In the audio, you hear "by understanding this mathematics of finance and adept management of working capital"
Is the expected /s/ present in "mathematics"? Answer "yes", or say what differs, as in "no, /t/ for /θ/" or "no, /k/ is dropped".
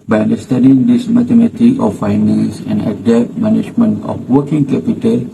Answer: no, /s/ is dropped